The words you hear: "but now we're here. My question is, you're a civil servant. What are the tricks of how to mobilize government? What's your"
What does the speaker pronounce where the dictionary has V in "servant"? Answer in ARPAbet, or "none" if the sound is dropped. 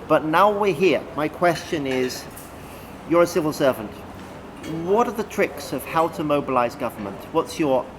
V